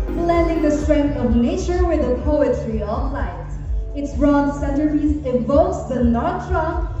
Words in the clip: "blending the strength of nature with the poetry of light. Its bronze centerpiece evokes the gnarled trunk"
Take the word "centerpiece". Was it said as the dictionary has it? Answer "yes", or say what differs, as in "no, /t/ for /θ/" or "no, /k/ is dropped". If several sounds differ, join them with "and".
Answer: no, /p/ is dropped